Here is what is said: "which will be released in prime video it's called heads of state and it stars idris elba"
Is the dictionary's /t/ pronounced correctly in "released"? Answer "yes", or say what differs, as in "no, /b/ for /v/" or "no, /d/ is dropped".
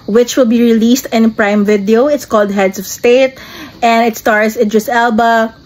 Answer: yes